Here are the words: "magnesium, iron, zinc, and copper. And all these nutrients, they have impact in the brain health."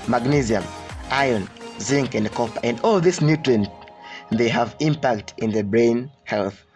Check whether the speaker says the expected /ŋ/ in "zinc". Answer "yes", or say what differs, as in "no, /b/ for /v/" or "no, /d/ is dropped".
yes